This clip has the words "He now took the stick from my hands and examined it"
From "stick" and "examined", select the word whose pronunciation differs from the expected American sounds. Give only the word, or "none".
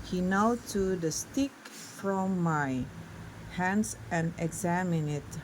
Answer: examined